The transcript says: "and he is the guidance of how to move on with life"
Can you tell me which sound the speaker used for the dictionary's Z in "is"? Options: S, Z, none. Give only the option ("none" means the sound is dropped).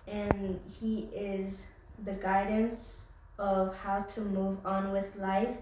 Z